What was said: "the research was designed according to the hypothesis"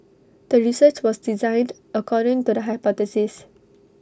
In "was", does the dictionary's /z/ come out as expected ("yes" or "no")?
no